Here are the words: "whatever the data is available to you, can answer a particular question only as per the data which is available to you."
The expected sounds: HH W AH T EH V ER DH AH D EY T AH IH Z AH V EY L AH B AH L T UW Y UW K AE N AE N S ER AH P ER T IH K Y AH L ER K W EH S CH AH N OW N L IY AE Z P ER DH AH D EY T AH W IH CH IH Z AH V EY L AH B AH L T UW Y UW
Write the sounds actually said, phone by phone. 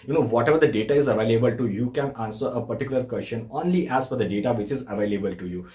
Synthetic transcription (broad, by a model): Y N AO T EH V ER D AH D EY T AH IH Z AH V EY L AH B AH L T UW Y UW K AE N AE N S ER AH P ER T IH K Y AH L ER K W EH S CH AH N OW N L IY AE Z F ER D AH D EY T AH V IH CH IH Z AH V EY L AH B AH L T UW Y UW